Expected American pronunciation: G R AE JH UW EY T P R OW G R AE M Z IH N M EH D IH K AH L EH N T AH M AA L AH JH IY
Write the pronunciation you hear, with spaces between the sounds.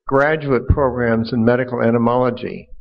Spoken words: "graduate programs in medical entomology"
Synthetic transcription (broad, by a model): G R AE JH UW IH T P R OW G R AE M Z IH N M EH D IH K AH L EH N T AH M AA L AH JH IY